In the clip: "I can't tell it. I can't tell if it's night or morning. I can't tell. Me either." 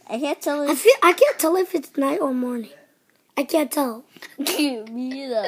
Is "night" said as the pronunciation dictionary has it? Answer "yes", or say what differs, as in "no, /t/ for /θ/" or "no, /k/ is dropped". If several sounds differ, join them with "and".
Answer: yes